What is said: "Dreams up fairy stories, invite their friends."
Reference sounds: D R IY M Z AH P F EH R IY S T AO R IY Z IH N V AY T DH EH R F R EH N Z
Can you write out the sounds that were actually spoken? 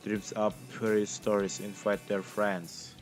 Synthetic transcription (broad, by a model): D R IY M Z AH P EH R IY S T AO R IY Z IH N F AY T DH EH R F R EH N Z